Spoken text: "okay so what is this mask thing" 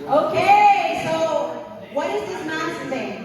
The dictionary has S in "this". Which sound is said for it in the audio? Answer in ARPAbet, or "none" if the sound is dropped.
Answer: none